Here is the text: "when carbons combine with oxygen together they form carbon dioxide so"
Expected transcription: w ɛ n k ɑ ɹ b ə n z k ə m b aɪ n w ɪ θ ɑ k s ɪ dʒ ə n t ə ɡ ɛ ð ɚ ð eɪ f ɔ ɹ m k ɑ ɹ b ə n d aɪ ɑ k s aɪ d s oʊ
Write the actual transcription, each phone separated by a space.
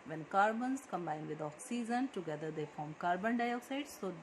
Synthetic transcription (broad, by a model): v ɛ n k ɑ ɹ b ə n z k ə m b aɪ n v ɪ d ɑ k s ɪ z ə n t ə ɡ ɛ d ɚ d eɪ f ɔ ɹ m k ɑ ɹ b ə n d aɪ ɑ k s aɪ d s oʊ